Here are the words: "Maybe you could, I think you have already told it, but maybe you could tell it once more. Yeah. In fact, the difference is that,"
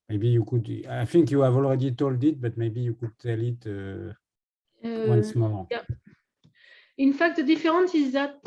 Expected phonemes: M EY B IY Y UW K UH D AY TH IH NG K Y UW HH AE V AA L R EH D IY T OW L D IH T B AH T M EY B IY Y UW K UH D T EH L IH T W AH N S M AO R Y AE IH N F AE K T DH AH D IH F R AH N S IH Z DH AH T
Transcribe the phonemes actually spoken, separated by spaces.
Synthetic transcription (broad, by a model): M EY B IY Y UW K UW D AY F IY NG K Y UW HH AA V AA L R EH D IY T OW L D IH T B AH T M EY B IY Y UW K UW D T EH L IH T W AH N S M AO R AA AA IH N F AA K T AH D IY F R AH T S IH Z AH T